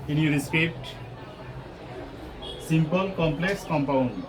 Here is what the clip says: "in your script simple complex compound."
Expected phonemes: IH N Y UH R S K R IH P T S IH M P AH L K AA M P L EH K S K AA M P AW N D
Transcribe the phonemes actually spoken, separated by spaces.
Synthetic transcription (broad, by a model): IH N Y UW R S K EH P T S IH M P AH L K AA M P L EH K S K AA M P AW N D